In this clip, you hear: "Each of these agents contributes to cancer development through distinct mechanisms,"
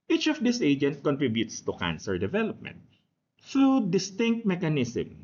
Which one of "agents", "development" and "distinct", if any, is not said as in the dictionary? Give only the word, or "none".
agents